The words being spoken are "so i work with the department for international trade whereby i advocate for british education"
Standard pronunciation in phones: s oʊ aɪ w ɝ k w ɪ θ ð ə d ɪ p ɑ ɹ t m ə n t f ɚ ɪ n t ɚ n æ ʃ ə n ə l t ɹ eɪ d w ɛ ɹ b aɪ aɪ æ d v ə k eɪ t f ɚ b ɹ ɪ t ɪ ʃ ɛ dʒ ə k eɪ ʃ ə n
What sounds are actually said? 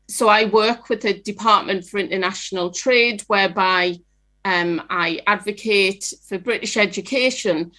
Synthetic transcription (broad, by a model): s oʊ aɪ w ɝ k w ɪ ð ə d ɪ p ɑ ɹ t m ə n t f ɚ ɪ n t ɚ n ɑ ʃ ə n ə l t ɹ eɪ d w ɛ b aɪ aɪ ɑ d v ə k eɪ t f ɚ b ɹ ɪ t ɪ ʃ ɛ dʒ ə k eɪ ʃ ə n